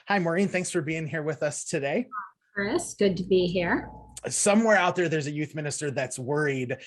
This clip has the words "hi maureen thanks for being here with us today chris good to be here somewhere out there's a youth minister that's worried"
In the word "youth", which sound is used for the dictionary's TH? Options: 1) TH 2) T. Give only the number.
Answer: 1